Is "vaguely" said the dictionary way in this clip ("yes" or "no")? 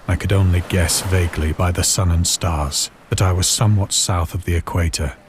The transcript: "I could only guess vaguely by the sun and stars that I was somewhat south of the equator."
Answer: yes